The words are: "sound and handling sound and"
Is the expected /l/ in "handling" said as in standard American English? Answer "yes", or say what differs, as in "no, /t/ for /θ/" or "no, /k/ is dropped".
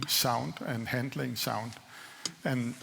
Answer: yes